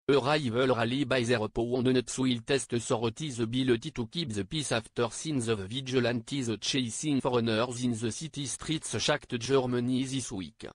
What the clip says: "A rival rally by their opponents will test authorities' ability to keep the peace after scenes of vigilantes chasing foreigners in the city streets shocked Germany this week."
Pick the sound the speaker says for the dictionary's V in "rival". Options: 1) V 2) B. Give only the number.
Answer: 1